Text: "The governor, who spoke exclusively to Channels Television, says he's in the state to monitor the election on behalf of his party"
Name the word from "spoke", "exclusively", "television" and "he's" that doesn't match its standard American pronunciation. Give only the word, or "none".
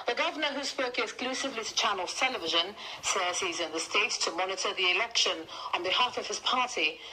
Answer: none